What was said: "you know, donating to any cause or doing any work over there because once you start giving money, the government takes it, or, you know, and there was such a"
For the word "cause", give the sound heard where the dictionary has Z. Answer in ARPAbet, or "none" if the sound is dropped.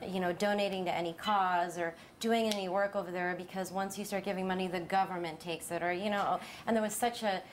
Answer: Z